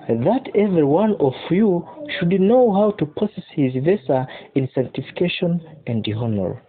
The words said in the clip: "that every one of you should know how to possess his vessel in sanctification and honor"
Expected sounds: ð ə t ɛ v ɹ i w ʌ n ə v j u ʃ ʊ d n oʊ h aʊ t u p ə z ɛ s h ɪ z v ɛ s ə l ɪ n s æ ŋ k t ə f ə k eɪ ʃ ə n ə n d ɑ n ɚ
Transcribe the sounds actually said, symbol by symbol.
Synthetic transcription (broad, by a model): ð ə t ɛ v ɹ i w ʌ n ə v j u ʃ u d n oʊ h aʊ t u p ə s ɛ s h ɪ z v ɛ s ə ɪ n s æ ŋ k t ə f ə k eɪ ʃ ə n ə n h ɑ n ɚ